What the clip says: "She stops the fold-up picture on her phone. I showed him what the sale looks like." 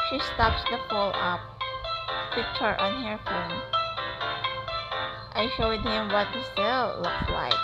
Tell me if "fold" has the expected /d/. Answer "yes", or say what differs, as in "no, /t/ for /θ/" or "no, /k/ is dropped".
no, /d/ is dropped